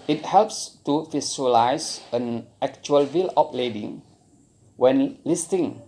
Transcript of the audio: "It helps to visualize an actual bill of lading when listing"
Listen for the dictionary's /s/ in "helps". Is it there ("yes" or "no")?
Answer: yes